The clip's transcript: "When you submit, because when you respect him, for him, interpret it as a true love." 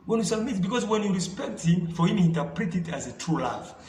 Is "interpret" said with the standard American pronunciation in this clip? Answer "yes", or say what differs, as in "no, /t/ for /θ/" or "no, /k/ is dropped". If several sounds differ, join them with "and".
yes